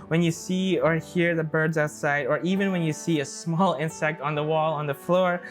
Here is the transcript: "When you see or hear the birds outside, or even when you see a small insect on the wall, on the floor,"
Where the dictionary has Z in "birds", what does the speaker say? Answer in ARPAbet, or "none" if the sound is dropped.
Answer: Z